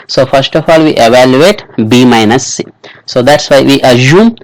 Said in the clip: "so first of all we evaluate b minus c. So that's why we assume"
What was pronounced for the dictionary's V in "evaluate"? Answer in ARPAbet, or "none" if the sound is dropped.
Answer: V